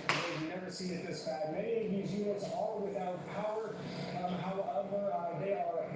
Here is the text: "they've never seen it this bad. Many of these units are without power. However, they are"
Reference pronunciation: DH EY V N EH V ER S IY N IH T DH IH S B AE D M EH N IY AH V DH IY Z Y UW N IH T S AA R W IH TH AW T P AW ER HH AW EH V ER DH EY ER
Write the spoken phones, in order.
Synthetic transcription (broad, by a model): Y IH N EH V ER S IY IH T DH IH S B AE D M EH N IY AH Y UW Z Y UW IH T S AA L W IH TH AW T P AW ER HH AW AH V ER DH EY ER